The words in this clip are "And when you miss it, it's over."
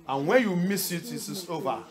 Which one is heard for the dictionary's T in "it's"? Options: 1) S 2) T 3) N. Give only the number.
1